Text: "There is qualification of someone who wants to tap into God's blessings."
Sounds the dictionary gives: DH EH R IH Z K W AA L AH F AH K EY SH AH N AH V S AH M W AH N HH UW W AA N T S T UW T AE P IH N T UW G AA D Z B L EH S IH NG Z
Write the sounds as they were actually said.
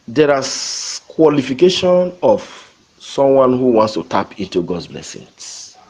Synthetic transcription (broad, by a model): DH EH R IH K W AA L AH F AH K EY SH AH N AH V S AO M W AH N HH UW W AA N T S T UW T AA P IH N T UW G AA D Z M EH S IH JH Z